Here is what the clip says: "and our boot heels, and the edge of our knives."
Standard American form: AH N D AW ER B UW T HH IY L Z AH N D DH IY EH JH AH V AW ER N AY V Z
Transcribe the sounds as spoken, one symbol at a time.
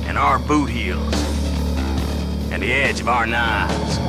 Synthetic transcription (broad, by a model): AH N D AW ER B UW T HH IY L Z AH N DH IY EH JH AH V AW ER N AY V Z